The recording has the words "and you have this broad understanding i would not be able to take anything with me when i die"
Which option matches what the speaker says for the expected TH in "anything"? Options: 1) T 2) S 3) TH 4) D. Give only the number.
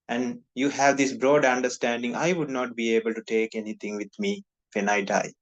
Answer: 1